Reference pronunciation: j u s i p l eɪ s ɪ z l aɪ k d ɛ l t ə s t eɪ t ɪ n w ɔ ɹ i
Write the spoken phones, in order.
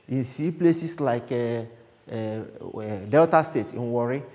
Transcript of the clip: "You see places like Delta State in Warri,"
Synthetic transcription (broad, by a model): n s i p l eɪ s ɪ s l aɪ k d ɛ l t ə s t eɪ t ɪ n w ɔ ɹ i